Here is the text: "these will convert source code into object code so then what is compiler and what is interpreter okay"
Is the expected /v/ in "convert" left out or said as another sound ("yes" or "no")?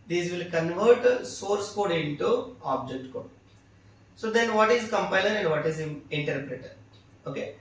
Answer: no